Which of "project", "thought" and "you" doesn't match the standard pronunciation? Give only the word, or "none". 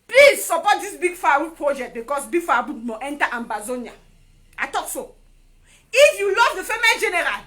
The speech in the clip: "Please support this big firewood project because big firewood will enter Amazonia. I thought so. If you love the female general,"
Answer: thought